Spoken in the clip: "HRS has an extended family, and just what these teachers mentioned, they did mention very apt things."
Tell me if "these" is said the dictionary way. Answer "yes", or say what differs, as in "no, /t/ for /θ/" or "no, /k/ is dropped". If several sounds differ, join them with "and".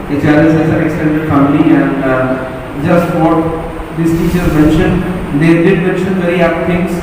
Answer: no, /s/ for /z/